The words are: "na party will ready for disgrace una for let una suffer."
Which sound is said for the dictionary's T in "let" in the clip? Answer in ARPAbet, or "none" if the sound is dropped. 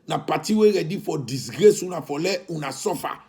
none